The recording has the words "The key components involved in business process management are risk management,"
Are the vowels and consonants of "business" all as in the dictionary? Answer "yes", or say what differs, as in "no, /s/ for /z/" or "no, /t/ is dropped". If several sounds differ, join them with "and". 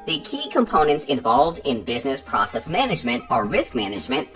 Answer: yes